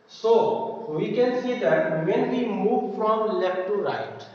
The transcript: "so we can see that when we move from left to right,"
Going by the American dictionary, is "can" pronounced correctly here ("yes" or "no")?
yes